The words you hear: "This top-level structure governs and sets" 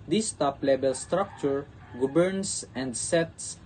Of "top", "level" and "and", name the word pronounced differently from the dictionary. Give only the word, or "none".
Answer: level